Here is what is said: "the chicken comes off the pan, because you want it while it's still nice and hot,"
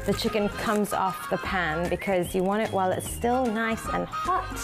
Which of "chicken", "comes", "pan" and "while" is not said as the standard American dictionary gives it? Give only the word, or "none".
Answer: none